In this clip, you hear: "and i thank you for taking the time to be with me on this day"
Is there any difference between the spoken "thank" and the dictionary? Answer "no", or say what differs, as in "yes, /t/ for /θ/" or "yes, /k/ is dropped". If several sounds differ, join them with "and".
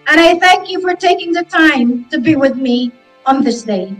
no